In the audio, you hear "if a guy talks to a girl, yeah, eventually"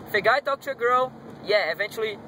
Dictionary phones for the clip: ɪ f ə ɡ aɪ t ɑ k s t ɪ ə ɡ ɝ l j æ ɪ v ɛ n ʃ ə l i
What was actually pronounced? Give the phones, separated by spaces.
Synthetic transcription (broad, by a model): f ə ɡ aɪ t ɑ k t ɪ ə ɡ ɝ l j æ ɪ v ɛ n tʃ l i